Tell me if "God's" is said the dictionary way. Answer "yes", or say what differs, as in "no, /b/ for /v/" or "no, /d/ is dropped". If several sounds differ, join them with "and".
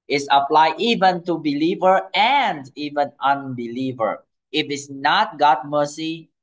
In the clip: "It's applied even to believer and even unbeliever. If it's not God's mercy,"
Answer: no, /z/ is dropped